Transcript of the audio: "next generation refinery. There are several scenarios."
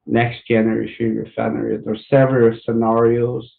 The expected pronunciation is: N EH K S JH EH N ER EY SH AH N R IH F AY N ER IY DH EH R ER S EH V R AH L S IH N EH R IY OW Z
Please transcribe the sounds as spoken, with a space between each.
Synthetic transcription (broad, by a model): N EH K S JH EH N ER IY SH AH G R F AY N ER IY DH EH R S EH V R AH L S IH N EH R IY OW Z